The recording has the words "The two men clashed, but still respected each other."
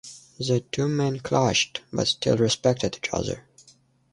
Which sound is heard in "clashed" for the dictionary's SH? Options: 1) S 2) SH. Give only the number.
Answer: 2